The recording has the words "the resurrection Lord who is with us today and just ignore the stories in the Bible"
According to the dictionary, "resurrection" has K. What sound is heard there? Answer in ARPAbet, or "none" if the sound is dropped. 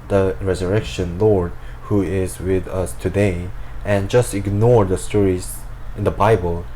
K